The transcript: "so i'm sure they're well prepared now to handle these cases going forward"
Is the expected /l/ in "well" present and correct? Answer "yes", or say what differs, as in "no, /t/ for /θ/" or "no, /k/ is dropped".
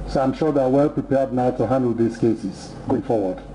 yes